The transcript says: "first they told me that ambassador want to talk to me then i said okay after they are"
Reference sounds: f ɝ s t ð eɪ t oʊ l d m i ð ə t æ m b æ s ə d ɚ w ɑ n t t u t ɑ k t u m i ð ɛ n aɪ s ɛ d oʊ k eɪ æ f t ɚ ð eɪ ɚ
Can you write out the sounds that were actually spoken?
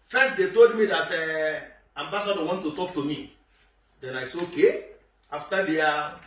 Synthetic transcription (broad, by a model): f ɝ s t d eɪ t oʊ l d m i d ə t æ m b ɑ s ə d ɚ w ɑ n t t u t ɑ k t u m i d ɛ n aɪ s oʊ k eɪ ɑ f t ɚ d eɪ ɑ